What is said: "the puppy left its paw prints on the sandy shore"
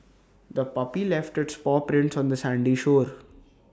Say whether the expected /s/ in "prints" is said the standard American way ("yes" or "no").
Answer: yes